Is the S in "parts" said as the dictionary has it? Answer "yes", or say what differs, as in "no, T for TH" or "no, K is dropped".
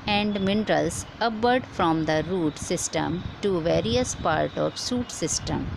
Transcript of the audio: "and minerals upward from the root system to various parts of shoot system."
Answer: no, S is dropped